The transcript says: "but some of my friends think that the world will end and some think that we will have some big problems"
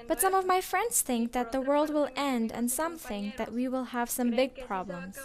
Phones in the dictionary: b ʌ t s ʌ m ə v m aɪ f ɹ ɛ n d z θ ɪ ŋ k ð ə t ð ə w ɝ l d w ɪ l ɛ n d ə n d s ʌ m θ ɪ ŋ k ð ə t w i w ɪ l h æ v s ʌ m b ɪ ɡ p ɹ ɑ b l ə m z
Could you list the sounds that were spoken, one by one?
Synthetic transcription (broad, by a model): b ʌ t s ʌ m ə v m aɪ f ɹ ɛ n d z θ ɪ ŋ k ð ə t ð ə w ɝ l d w ɪ l ɛ n d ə n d s ʌ m θ ɪ ŋ k ð ə t w i w ɪ l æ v s ʌ m b ɪ ɡ p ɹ ɑ b l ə m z